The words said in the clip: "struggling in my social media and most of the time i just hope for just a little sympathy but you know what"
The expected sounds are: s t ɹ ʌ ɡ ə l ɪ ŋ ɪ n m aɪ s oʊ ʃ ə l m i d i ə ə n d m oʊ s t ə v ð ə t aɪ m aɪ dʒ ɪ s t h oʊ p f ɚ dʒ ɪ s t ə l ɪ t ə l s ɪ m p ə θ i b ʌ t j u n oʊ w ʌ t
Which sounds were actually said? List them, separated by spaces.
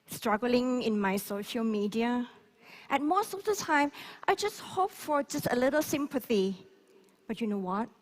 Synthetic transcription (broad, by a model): s t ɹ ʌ ɡ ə l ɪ ŋ ɪ n m aɪ s oʊ ʃ ə l m i d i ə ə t m oʊ s t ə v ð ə t aɪ m aɪ dʒ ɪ s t h oʊ p f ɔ dʒ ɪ s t ə l ɪ t ə l s ɪ m p ə θ i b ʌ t j u n oʊ w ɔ t